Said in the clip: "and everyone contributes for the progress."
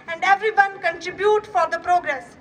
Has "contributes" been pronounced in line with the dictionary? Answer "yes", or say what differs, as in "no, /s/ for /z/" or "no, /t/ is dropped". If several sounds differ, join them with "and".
no, /s/ is dropped